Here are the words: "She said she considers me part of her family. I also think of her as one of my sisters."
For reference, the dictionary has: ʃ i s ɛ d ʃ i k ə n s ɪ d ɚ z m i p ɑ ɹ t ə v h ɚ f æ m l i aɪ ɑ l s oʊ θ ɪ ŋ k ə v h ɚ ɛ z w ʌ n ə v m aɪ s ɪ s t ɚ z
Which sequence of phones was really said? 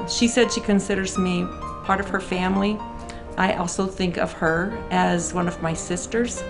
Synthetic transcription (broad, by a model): ʃ i s ɛ d ʃ i k ə n s ɪ d ɚ z m i p ɑ ɹ t ə v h ɚ f æ m l i aɪ ɑ l s oʊ θ ɪ ŋ k ə v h ɚ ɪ z w ʌ n ə v m aɪ s ɪ s t ɚ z